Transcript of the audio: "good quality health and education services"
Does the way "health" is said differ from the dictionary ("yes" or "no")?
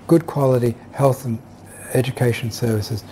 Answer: no